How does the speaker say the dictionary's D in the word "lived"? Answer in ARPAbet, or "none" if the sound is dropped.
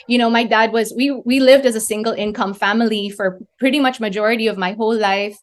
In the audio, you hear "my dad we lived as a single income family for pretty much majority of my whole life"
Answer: D